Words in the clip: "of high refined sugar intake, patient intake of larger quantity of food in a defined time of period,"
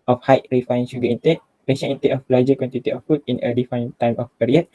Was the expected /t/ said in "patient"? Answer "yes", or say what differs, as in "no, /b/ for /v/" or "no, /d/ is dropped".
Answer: no, /t/ is dropped